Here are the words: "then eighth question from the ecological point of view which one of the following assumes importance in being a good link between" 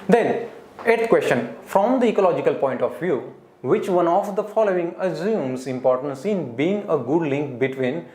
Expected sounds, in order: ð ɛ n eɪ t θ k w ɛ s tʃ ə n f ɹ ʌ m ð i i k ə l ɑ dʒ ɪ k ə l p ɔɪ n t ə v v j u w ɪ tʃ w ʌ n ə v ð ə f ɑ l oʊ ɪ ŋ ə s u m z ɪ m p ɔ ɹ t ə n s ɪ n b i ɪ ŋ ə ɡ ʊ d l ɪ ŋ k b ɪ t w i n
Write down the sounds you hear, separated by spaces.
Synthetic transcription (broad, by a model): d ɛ n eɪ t t k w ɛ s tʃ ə n f ɹ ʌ m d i i k ə l ɑ dʒ ɪ k ə l p ɔɪ n t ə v v j u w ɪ tʃ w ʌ n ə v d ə f ɑ l oʊ ɪ ŋ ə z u m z ɪ m p ɔ ɹ t ə n s ɪ n b i ɪ ŋ ə ɡ ʊ d l ɪ ŋ k b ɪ t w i n